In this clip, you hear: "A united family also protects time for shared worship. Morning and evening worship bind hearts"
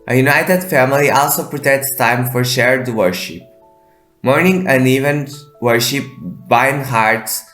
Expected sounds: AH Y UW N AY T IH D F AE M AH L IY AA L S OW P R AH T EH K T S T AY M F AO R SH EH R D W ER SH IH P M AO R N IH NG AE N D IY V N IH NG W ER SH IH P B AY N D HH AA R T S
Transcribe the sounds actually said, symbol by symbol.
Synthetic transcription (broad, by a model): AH Y UW N AY T IH D F AE M AH L IY AA L S OW P R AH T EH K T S T AY M F AO R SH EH R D W ER SH IH P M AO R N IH NG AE N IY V IH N W ER SH IH P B AY N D HH AA R T S